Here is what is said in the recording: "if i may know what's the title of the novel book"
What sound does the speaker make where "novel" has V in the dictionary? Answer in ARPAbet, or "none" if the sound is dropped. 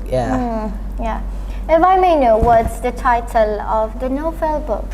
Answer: F